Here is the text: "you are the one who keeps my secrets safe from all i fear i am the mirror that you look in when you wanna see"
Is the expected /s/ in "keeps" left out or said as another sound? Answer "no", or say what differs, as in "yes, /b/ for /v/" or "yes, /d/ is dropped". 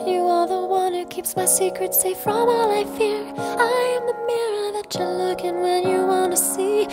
no